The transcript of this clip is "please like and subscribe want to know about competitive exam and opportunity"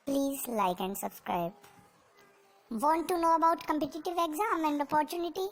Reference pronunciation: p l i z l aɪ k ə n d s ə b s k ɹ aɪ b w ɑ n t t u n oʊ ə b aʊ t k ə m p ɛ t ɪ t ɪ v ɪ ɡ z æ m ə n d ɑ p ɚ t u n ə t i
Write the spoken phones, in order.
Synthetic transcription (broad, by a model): p l i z l aɪ k ə n d s ə b s k ɹ aɪ b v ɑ n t t u n oʊ ə b aʊ t k ə m p ɛ t ɪ t ɪ v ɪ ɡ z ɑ m ə n d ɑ p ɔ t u n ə t i